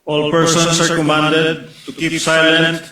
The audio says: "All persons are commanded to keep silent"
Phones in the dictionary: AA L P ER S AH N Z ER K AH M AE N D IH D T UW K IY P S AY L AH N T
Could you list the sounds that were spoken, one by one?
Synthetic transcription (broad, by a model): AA L P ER S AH N S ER K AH M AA N D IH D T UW K IY P S AY L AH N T